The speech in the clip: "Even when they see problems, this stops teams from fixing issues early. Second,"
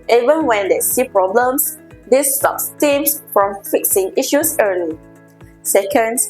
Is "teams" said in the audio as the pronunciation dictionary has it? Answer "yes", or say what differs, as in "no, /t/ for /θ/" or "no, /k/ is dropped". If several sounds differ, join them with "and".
no, /s/ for /z/